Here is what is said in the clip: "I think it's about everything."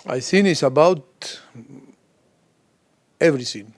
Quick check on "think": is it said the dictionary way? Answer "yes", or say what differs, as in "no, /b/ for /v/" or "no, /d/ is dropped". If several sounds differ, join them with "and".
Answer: no, /k/ is dropped